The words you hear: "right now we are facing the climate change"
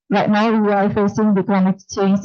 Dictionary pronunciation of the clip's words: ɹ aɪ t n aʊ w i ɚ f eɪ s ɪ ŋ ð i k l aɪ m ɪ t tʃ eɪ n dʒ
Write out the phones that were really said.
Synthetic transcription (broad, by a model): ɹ aɪ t n aʊ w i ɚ f eɪ s ɪ ŋ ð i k aɪ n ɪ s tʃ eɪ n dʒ